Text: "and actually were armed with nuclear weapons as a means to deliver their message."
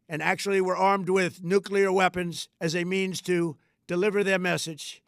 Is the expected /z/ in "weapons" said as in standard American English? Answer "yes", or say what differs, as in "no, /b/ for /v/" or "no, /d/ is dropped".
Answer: yes